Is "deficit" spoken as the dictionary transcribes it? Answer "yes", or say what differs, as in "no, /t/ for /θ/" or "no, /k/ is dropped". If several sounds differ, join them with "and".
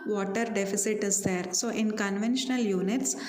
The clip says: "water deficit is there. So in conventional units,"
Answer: yes